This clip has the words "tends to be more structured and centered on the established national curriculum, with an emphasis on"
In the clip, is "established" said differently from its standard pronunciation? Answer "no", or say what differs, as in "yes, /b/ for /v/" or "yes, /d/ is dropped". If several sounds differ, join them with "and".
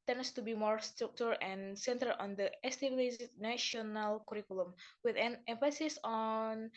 yes, /s/ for /ʃ/